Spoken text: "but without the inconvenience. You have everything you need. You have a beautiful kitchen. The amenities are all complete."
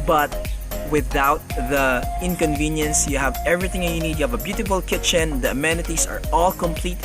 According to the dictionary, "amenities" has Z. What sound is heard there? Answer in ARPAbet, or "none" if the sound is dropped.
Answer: S